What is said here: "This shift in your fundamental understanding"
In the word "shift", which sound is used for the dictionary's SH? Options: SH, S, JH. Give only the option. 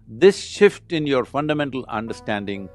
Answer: SH